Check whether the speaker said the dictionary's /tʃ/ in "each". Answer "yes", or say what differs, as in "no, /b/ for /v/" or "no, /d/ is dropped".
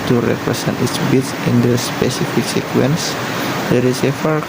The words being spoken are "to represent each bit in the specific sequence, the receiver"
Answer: no, /s/ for /tʃ/